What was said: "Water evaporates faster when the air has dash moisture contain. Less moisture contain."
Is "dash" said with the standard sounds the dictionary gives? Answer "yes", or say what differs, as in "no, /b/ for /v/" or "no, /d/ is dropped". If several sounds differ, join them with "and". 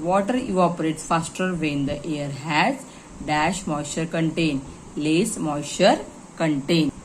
yes